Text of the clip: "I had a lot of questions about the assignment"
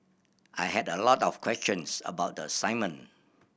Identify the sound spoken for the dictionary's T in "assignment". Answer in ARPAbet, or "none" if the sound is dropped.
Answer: none